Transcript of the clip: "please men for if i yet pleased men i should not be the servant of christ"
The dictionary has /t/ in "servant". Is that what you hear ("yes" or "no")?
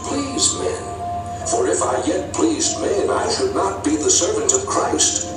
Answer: yes